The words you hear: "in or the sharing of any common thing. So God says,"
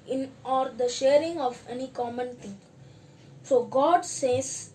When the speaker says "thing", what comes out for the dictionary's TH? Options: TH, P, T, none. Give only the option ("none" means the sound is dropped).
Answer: T